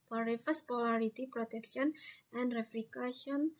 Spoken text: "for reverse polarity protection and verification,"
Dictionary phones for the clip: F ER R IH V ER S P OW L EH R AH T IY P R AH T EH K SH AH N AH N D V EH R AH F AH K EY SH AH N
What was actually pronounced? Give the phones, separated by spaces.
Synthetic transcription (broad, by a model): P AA R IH F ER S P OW L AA R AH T IY P R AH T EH K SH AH N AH N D R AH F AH K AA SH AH N